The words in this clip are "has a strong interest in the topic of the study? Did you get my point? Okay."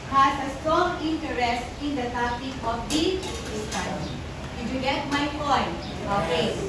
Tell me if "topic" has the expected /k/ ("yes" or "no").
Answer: no